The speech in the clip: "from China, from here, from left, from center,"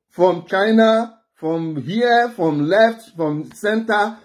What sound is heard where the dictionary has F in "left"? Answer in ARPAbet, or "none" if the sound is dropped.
F